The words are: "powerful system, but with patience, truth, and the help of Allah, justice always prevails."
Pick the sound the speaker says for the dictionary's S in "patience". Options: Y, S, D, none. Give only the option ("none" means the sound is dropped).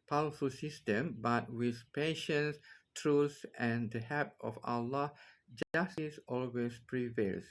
S